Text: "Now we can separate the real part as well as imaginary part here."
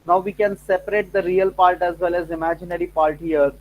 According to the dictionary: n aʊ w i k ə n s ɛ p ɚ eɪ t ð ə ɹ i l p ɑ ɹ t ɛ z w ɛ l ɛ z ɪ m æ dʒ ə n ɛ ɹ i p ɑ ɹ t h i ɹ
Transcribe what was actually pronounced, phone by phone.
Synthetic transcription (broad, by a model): n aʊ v i k ə n s ɛ p ɚ eɪ t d ə ɹ i l p ɑ ɹ t ɛ z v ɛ l ɛ z ɪ m æ dʒ ə n ɛ ɹ i p ɑ ɹ t h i ɹ